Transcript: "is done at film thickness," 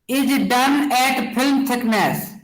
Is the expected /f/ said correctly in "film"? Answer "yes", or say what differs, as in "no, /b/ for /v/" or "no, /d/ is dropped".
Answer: no, /p/ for /f/